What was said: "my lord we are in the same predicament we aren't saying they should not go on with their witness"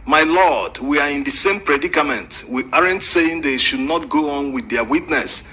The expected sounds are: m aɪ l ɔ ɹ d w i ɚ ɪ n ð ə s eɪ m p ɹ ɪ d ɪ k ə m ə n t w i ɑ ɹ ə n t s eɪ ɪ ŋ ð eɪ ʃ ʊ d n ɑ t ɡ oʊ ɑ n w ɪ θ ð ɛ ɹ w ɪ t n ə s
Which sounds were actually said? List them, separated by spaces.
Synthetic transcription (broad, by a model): m aɪ l ɔ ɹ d w i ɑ ɪ n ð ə s eɪ m p ɹ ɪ d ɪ k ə m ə n t w i ɑ ɹ ə n t s eɪ ɪ ŋ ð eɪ ʃ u d n ɑ t ɡ oʊ ɑ n w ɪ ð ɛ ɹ w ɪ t n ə s